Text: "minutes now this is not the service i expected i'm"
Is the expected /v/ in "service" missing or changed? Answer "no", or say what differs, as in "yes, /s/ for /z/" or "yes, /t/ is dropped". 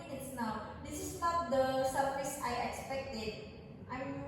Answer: yes, /f/ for /v/